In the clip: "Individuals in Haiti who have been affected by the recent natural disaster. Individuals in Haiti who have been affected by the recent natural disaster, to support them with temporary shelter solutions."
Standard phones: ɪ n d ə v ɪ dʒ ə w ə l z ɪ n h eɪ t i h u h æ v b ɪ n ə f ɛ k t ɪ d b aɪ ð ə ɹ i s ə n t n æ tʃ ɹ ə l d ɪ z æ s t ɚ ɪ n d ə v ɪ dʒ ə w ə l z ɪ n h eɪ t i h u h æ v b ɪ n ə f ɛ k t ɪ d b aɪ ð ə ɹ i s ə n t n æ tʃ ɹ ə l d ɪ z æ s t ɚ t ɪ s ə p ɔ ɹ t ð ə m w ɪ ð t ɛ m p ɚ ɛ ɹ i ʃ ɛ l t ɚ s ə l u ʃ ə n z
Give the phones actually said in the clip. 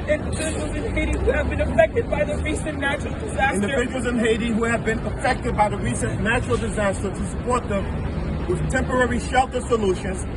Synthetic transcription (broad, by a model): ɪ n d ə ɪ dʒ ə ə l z ɪ n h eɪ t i h u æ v b ɪ n ə f ɛ k t ɪ d b aɪ ð ə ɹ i s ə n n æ tʃ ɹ l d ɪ z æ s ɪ n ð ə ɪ ə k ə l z ɪ n h eɪ t i h u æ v b ɪ n ə f ɛ k t ɪ d b aɪ ð ə ɹ i s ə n n æ tʃ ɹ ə l d ɪ z æ s t ɚ t ɪ s ə p ɔ ɹ t ð ə m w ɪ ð t ɛ m p ɚ ɛ ɹ i ʃ ɛ l t ɚ s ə l u ʃ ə n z